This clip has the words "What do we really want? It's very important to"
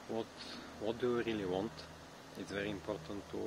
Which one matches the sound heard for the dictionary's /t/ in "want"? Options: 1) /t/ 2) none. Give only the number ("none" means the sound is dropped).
1